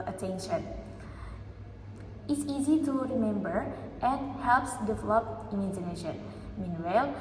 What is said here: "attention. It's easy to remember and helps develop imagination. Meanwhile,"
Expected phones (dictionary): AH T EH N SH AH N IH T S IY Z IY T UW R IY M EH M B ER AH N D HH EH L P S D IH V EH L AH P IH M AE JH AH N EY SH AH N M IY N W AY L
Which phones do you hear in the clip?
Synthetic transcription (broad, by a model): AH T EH N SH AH N IH T S IY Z IY T UW R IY M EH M B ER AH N HH EH L P S D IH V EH L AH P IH M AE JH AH N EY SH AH N M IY N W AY L